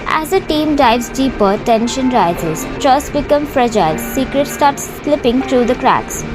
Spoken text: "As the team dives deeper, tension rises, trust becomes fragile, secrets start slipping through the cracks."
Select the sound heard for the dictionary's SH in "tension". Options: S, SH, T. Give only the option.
SH